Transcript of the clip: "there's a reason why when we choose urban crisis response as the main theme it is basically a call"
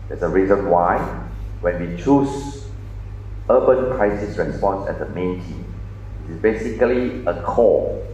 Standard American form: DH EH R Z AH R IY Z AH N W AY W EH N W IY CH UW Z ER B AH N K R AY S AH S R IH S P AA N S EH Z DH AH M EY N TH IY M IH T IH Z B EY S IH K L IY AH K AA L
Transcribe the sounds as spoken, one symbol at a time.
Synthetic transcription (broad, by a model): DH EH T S AH R IY Z AH N W AY W EH N W IY CH UW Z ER B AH N K R AY S AH S R IH S P AA N S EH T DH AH M EY N T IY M IH T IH S B EY S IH K L IY AH K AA